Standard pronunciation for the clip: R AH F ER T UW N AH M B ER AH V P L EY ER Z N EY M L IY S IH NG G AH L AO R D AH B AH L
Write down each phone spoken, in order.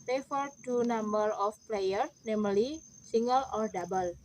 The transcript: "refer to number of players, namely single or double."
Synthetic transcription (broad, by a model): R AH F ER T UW N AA M B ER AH F P L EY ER N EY M L IY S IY NG G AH L AO R D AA B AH L